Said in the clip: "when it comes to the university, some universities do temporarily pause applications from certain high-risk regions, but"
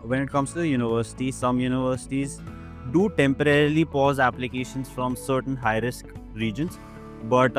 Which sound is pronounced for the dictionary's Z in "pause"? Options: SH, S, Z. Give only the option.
Z